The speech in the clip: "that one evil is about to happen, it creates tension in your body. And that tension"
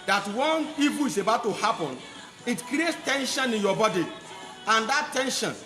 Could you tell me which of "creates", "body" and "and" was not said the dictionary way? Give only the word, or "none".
none